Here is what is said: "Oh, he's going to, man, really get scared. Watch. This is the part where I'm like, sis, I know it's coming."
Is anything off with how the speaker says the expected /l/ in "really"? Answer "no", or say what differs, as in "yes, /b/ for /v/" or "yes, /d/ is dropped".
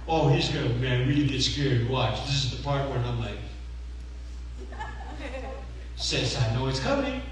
yes, /l/ is dropped